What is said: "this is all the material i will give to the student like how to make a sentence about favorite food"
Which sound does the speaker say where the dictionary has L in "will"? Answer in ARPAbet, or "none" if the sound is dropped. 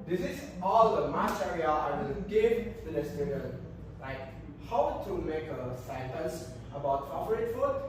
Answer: N